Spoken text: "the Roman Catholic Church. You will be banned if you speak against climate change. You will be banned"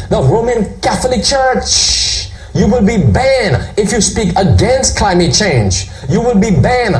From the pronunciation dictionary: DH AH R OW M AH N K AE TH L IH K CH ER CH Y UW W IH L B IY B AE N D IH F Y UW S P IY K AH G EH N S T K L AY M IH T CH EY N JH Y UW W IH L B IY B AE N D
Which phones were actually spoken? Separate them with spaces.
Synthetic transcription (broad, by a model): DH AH R OW M AH N K AE TH L IH K CH ER CH Y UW W IH L B IY B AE N IH F Y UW S P IY K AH G EH N S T K L AY M IH T CH EY N JH Y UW W IH L B IY B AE N